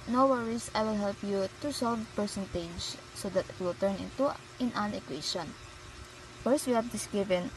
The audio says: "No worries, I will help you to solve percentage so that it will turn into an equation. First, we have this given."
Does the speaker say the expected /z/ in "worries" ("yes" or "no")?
no